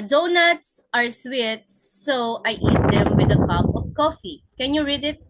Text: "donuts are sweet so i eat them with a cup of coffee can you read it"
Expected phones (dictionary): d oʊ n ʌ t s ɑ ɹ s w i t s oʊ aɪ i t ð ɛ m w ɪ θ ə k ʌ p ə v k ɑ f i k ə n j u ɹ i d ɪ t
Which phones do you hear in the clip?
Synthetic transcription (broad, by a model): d oʊ n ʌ t s ɑ ɹ s w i t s oʊ aɪ i t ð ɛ m w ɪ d ə k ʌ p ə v k ɑ f i k ə n j u ɹ i d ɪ t